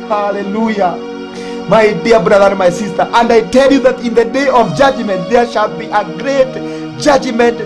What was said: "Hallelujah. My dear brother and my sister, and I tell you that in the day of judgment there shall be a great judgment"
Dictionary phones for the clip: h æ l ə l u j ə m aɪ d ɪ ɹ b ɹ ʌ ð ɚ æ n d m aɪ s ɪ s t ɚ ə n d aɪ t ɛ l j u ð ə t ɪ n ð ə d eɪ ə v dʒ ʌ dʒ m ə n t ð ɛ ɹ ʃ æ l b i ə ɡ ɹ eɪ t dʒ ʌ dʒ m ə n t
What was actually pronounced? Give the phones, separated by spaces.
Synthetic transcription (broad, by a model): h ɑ l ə l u j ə m aɪ d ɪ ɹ b ɹ ʌ ð ɚ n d m aɪ s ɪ s t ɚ ə n d aɪ t ɛ l j u ð ə t ɪ n ð ə d eɪ ə v dʒ ʌ dʒ m ə n t ð ɛ ɹ ʃ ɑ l b i ə ɡ ɹ eɪ t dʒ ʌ dʒ m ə n t